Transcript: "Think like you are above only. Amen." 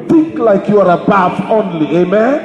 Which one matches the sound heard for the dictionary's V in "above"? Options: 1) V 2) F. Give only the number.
2